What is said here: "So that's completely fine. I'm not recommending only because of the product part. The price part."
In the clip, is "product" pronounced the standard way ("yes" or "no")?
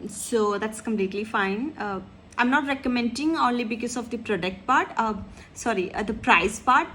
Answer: yes